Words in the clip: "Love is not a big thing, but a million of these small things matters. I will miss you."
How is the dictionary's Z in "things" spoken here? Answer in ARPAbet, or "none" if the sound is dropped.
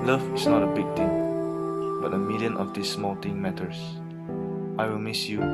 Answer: none